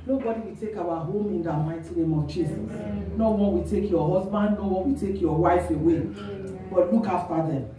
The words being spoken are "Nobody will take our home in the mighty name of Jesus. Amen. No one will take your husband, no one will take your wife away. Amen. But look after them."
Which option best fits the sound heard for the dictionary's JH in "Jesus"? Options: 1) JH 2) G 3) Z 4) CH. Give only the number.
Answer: 4